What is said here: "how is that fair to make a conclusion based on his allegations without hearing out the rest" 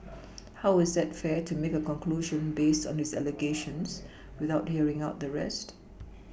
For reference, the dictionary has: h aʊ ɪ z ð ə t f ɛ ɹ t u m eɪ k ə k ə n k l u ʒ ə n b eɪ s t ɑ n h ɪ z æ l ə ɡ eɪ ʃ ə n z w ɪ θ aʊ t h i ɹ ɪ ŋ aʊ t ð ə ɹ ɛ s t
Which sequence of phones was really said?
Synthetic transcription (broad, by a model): h aʊ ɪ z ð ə t f ɛ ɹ t u m eɪ k ə k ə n k l u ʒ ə n b eɪ s t ɑ n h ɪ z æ l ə ɡ eɪ ʃ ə n s w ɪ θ aʊ t h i ɹ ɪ ŋ aʊ t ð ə ɹ ɛ s t